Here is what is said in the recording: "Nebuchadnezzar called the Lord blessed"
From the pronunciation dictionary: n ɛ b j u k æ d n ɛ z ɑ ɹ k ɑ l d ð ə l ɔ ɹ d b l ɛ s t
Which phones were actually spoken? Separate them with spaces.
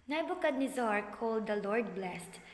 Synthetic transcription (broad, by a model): n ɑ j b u k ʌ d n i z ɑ ɹ k ɑ l d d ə l ɔ ɹ d b l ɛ s t